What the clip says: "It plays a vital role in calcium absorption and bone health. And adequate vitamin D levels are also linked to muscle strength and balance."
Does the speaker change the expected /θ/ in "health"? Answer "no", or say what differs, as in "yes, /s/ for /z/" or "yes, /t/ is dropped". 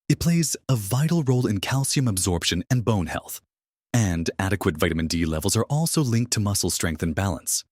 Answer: no